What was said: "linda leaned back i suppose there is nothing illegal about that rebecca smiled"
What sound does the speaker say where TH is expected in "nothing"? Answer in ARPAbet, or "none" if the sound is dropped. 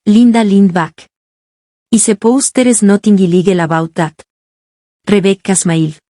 T